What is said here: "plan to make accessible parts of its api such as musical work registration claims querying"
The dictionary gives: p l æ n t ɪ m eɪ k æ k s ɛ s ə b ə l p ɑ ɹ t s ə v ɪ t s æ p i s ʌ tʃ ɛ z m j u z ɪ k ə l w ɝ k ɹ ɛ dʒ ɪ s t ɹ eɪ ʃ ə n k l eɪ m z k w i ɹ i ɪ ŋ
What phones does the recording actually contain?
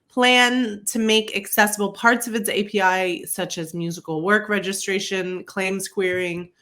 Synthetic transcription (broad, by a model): p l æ n t ɪ m eɪ k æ k s ɛ s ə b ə l p ɑ ɹ t s ə v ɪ t s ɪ p i s ʌ tʃ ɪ z m j u z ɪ k l w ɝ k ɹ ɛ dʒ ɪ s t ɹ eɪ ʃ ə n k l eɪ m s k w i ɹ ɪ ŋ